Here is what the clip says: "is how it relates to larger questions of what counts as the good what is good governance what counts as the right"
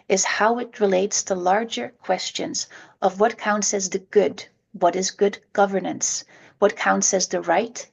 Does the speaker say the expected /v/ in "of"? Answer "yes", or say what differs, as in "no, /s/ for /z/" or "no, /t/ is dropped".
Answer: yes